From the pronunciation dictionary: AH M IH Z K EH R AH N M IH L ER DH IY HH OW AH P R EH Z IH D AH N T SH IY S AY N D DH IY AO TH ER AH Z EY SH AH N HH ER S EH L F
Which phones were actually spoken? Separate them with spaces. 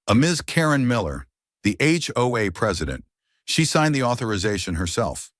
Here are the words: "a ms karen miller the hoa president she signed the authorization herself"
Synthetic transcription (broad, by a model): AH M IH Z K EH R AH N M IH L ER DH IY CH OW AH P R EH Z IH D AH N T SH IY S AY N DH IY AO TH ER AH Z EY SH AH N HH ER S EH L F